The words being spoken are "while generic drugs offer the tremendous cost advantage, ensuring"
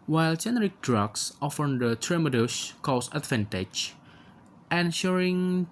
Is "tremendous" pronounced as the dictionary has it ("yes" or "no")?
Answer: no